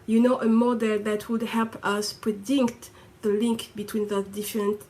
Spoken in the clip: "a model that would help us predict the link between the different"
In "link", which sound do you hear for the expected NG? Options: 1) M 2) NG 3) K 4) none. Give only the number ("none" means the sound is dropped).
2